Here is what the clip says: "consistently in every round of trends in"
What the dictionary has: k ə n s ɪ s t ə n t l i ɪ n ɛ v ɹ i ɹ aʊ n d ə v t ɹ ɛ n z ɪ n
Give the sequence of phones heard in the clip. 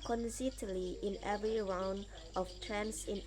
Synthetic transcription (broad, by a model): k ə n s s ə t l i ɪ n ɛ v ɹ i ɹ aʊ n d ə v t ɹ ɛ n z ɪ n